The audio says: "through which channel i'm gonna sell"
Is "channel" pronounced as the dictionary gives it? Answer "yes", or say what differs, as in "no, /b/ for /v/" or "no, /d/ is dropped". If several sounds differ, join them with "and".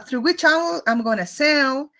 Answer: no, /n/ is dropped